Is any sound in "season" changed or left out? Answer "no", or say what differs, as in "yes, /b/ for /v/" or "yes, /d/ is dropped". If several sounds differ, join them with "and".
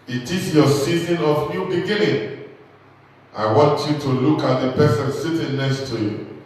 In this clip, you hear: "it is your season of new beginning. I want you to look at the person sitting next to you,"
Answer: no